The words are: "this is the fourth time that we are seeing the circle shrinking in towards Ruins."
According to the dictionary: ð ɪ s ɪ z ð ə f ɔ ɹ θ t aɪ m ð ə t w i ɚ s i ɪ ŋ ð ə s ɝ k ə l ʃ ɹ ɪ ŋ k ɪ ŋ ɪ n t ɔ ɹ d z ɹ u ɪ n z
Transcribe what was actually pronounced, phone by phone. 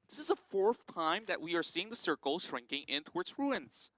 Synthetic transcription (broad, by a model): ð ɪ s ɪ z ð ə f ɔ ɹ θ t aɪ m ð ə t w i ɚ s i ɪ ŋ ð ə s ɝ k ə l ʃ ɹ ɪ ŋ k ɪ ŋ ɪ n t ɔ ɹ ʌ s ɹ u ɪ n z